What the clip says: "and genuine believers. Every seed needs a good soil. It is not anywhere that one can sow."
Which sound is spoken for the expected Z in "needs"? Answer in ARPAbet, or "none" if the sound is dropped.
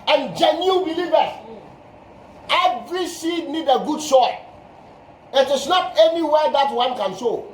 none